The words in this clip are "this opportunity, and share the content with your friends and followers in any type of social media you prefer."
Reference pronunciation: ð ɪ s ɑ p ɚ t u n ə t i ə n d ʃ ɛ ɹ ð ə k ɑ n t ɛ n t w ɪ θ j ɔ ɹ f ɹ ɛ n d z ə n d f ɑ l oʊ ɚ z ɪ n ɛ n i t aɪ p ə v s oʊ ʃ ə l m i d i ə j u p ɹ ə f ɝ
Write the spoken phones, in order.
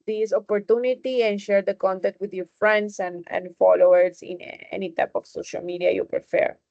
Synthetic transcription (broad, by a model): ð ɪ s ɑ p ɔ t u n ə t i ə n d ʃ ɛ ɹ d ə k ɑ n t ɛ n t w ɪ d j ɔ ɹ f ɹ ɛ n d s ə n d f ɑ l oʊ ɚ s ɪ n ɛ n i t aɪ p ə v s oʊ ʃ ə l m i d i ə j u p ɹ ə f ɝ